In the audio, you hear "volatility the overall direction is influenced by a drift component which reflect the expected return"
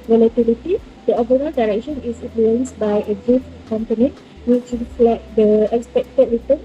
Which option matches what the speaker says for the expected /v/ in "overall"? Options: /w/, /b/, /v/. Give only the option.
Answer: /b/